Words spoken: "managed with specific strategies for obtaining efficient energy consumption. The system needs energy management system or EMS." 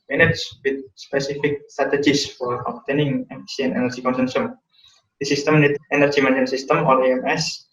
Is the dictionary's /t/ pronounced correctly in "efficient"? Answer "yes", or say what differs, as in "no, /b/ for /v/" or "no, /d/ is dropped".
no, /t/ is dropped